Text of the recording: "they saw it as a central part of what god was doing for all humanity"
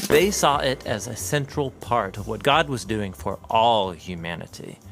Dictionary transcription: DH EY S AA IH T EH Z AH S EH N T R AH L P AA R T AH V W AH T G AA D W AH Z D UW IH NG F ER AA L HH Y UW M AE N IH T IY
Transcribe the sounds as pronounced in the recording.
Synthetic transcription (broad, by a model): DH EY S AA IH T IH Z AH S EH N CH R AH L P AA R T AH V W AH T G AA D W AH Z D UW IH NG F ER AA L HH Y UW M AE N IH T IY